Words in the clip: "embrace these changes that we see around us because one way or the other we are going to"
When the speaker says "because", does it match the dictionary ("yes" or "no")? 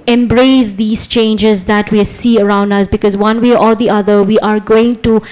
yes